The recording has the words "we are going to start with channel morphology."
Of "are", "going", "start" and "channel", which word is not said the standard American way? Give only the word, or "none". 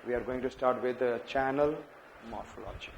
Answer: none